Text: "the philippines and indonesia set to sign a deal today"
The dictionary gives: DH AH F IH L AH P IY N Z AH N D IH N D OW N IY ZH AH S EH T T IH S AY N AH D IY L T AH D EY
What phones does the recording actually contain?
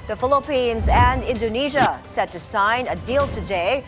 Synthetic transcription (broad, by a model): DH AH F IH L AH P IY N Z AH N D IH N D OW N IY ZH AH S EH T T IH S AY N AH D IY L T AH D EY